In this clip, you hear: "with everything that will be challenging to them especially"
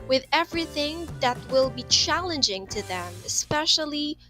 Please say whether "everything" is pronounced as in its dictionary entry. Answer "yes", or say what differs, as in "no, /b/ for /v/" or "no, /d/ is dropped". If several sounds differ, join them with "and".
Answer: yes